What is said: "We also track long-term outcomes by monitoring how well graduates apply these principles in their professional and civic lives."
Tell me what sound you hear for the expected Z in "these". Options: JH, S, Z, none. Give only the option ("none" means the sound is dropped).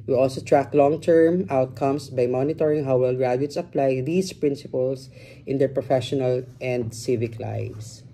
S